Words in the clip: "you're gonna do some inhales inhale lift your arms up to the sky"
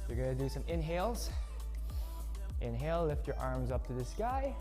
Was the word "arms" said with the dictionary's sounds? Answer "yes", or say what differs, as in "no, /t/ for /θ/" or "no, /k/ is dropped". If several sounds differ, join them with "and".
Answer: yes